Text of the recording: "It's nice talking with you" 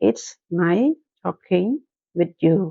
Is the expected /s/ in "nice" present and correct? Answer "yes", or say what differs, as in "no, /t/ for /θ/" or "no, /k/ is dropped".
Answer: no, /s/ is dropped